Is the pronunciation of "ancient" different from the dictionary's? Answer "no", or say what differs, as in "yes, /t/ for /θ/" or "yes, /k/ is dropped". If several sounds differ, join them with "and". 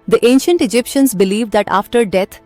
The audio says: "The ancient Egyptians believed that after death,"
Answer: no